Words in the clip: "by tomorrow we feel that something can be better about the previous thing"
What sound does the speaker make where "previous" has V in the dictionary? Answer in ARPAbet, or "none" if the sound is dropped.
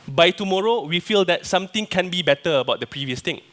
V